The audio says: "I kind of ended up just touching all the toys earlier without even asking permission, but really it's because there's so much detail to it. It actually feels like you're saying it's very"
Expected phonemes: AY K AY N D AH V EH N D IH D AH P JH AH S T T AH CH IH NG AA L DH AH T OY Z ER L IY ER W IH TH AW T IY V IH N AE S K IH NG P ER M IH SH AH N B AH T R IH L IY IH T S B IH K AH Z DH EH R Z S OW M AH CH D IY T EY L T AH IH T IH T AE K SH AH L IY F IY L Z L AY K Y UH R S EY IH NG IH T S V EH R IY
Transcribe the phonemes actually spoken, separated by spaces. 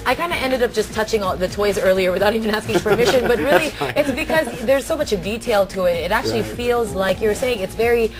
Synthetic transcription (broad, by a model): AY K AY N D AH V EH N D IH D AH P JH AH S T T AH CH IH NG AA DH AH T OY Z ER L IY ER W IH TH AW T IY V IH N AE S K IH NG P ER M IH SH AH N B AH T R IH L IY IH T S B IH K AH Z DH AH R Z S OW M AH CH D IY T EY L T AH IH T IH T AE K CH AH L IY F IY L Z L AY K Y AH R S EY IH NG IH T S V EH R IY